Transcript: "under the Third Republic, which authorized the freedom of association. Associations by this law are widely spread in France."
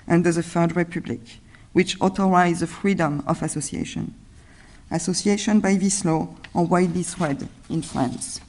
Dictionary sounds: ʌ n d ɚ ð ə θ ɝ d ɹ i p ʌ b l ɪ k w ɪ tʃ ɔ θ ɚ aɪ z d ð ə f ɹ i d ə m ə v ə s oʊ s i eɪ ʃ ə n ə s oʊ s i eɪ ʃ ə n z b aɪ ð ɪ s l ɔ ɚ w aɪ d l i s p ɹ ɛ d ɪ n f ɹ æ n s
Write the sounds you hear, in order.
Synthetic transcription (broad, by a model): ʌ n d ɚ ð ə f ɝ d ɹ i p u b l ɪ k w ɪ tʃ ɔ t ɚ aɪ z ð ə f ɹ i d ə m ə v ə s oʊ s i eɪ ʃ ə n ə s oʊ s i eɪ ʃ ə n b aɪ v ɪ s l ɔ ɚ w aɪ d l i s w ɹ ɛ d ɪ n f ɹ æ n s